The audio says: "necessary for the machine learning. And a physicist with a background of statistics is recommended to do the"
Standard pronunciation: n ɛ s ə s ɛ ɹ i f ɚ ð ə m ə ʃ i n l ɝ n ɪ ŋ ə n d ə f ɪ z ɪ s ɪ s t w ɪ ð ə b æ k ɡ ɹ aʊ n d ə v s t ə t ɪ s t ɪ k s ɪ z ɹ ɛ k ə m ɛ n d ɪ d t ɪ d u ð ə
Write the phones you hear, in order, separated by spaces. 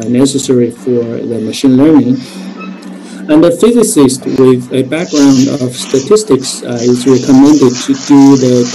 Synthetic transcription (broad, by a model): n ɛ s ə s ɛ ɹ i f ɚ ð ə m ə ʃ i n l ɝ n ɪ ŋ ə n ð ə f ɪ z ɪ s ɪ s t w ɪ ð ə b æ k ɡ ɹ aʊ n d ə v s t ə t ɪ s t ɪ k s ɪ z ɹ ɛ k ə m ɛ n d ɪ d t ɪ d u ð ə